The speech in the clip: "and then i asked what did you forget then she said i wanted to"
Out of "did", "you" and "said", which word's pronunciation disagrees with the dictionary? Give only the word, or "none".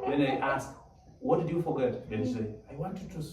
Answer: said